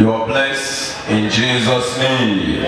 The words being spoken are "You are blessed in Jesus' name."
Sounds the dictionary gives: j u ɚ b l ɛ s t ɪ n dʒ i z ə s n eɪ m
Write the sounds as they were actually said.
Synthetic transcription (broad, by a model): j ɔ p l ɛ s ɪ n dʒ i z ə s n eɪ m